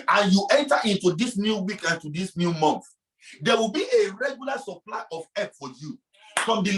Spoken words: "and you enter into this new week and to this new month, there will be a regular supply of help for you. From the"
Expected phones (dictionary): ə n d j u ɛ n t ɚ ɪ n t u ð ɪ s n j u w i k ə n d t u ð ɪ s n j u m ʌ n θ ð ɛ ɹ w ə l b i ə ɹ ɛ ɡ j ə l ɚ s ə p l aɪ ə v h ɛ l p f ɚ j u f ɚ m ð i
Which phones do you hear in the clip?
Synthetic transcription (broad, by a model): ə n j u ɛ n t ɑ ɪ n t u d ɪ s n j u w i k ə n t u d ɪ s n j u m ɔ n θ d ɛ w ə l b i ə ɹ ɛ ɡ j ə l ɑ s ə p l aɪ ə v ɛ p f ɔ j u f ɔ m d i